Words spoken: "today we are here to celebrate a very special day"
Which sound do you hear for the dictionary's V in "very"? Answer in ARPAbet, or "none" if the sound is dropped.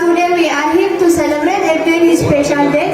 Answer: P